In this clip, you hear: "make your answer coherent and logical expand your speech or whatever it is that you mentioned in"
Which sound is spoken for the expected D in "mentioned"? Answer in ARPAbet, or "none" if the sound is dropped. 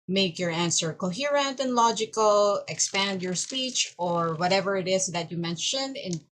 D